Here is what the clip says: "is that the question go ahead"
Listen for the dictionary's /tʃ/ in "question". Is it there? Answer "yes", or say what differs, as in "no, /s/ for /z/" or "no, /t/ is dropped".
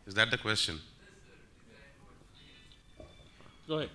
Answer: yes